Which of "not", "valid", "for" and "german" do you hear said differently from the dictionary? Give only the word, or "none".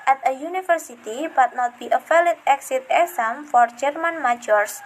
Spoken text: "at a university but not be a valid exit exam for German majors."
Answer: valid